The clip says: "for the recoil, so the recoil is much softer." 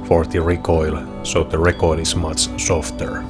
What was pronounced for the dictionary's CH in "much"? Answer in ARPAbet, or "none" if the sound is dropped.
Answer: S